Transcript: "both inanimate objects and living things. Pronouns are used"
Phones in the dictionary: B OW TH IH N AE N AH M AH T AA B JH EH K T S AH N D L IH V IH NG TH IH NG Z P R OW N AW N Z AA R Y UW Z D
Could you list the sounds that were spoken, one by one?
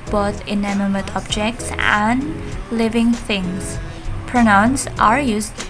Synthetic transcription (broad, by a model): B OW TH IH N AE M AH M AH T AA B JH EH K T S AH N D L IH V IH NG TH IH NG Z P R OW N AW N S AA R Y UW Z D